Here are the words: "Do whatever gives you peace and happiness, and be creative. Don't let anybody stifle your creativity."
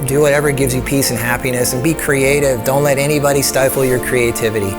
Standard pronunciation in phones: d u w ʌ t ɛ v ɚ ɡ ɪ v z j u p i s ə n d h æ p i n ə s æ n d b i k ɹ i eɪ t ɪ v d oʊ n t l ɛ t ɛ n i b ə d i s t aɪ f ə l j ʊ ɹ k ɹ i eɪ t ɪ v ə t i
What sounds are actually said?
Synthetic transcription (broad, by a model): d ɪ w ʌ t ɛ v ɚ ɡ ɪ v z j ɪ p i s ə n h æ p i n ə s n b i k ɹ i eɪ t ɪ v d oʊ n t l ɛ t ɛ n i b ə d i s t aɪ f l j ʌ ɹ k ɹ i eɪ t ɪ v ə t i